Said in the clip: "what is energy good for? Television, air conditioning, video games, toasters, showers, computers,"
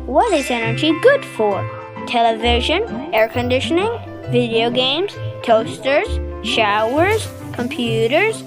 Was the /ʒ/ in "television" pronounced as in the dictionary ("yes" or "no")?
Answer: yes